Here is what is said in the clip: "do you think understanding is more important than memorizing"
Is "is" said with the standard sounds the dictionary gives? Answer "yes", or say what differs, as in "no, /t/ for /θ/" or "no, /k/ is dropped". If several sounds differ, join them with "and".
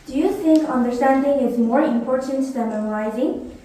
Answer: yes